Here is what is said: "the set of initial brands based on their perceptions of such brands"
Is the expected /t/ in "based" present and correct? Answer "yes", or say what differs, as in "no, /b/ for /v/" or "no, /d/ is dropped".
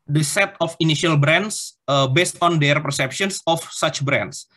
yes